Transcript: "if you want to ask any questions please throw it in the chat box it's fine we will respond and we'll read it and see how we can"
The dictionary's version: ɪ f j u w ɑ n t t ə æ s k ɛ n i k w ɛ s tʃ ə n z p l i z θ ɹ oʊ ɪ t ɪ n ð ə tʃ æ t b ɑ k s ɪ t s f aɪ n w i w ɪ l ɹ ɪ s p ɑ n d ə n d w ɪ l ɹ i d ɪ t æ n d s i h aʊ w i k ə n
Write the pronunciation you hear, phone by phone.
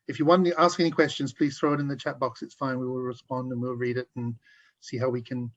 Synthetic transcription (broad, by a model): ɪ f j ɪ w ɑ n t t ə æ s k ɛ n i k w ɛ s tʃ ə n z p l i z θ ɹ oʊ ɪ t ɪ n ð ə tʃ æ t b ɑ k s ɪ t s f aɪ n w i w ɪ l ɹ ɪ s p ɑ n d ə n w w ɪ l ɹ i d ɪ t n s i h aʊ w i k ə n